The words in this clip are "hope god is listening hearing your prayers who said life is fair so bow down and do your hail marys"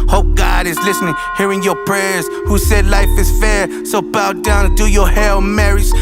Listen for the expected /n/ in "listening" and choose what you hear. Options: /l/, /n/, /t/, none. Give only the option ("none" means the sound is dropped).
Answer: /n/